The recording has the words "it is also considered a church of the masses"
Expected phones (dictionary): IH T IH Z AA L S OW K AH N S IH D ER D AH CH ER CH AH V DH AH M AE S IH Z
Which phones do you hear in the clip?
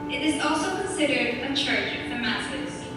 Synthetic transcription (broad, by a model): IH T IH Z AA L S OW K AH N S IH D ER D AH CH ER CH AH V DH AH M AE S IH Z